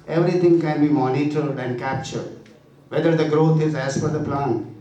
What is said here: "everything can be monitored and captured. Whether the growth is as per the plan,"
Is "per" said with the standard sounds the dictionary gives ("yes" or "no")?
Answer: no